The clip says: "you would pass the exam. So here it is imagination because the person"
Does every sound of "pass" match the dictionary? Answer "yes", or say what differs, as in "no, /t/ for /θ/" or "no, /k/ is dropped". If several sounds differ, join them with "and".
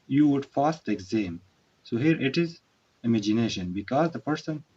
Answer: no, /f/ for /p/